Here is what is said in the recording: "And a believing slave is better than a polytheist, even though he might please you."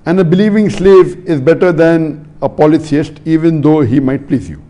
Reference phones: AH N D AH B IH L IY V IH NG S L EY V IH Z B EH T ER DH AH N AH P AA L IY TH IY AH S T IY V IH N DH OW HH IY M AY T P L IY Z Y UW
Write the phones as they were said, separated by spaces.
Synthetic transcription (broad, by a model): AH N D AH B IH L IY V IH NG S L EY V IH Z B EH T ER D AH N AH P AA L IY S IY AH S T IY V IH N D OW HH IY M AY T P L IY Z Y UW